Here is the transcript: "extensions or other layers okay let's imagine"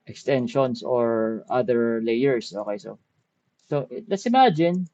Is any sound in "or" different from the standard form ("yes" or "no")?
no